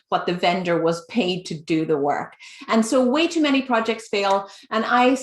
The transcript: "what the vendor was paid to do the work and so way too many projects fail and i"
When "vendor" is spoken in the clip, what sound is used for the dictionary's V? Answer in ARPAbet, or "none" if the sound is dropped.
V